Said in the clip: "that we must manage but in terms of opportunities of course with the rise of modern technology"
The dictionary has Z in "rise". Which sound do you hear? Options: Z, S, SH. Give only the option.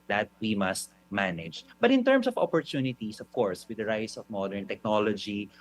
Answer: S